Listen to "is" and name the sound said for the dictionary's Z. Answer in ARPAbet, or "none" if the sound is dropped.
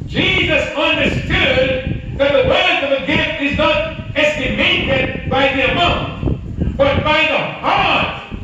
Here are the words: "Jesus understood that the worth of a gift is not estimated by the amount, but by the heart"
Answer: Z